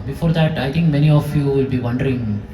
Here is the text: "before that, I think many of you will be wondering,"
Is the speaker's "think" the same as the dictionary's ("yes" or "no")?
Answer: no